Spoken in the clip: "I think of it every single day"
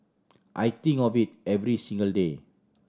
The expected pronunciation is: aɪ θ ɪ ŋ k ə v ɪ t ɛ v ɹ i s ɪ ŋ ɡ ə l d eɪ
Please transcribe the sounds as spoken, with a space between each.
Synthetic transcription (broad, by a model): aɪ t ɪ ŋ ə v ɪ t ɛ v ɹ i s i ŋ ɡ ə l d eɪ